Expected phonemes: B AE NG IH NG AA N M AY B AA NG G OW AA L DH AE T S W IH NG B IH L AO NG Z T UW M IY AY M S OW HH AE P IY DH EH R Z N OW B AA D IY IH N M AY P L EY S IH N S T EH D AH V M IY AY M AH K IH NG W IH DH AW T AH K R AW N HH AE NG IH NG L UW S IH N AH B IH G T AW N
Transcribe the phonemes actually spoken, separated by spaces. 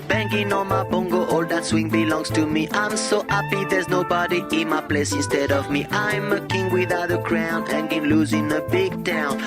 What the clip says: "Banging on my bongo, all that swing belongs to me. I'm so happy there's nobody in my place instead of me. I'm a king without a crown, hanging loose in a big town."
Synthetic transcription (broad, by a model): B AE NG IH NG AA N M AY B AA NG G OW AA L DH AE T S W IH NG B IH L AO NG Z T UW M IY AY M S OW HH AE P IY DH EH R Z N OW B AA D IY IH N M AY P L EY S IH N S T EH D AH V M IY AY M AH K IH NG W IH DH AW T AH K R AW N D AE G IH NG L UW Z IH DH AH B IH G T AW N